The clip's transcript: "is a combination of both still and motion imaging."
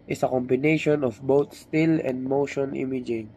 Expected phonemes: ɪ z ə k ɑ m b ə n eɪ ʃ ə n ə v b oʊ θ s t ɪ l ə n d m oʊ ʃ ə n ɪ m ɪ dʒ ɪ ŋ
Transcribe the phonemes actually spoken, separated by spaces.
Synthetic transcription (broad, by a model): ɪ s ə k ɑ m b ə n eɪ ʃ ə n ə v b oʊ t s t ɪ l ə n d m oʊ ʃ ə n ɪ m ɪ dʒ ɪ ŋ